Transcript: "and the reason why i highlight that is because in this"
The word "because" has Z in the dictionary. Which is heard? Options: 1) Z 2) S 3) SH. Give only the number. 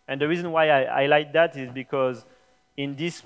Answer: 1